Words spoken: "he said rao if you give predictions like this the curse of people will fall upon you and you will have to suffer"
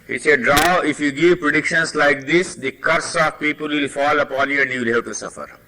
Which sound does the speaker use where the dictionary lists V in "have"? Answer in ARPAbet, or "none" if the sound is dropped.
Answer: P